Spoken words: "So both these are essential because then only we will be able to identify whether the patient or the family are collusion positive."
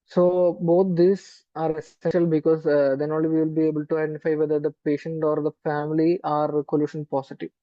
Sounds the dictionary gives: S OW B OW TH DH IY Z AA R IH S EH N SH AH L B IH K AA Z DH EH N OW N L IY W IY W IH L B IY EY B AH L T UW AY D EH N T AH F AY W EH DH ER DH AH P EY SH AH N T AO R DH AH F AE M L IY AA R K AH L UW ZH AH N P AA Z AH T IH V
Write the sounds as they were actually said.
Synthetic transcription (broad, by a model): S OW B OW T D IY S AA R IH S EH N SH AH L B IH K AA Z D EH N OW L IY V IY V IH L B IY EY B AH L T UW AY D EH N T AH F AY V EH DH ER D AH P EY SH AH N T AO R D AH F AE M L IY AA R K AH L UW SH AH N P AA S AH T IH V